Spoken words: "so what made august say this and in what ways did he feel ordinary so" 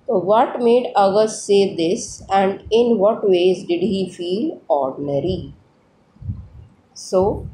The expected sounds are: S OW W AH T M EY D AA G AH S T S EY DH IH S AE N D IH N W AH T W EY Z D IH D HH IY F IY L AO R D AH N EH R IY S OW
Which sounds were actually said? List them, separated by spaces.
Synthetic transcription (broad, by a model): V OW T M EY D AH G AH T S EY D IH S AE N D IH N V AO T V EY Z D IH D HH IY F IY L AO R D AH N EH R IY S OW